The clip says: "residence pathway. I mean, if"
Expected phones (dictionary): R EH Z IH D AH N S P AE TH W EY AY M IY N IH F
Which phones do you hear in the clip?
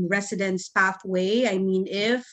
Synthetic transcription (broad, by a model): R EH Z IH D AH N S P AE TH W EY AY M IY N IH F